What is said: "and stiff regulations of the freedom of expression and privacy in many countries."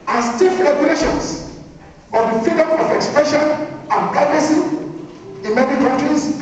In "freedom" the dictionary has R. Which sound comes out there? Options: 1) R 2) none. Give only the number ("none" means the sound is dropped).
2